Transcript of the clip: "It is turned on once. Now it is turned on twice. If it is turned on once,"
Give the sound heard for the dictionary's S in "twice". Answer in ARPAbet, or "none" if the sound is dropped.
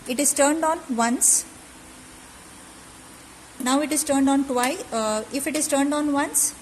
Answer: none